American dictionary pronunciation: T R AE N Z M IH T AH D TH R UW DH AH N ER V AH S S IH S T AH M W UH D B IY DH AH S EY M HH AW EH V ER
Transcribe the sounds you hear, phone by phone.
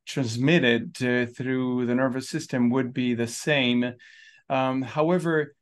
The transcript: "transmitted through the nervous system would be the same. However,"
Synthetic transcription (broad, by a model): T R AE N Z M IH T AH D TH R UW DH AH N ER V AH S S IH S T AH M W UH D B IY DH AH S EY M HH AW EH V ER